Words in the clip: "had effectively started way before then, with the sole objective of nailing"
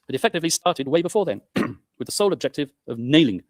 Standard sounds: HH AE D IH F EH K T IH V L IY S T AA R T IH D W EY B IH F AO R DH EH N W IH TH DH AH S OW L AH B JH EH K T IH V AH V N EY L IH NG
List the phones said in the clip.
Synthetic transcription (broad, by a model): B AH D IH F EH K T IH V L IY S T AA R T IH D W EY B IH F AO R DH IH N W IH DH AH S OW L AH B JH EH K T IH V AH V N EY L IH NG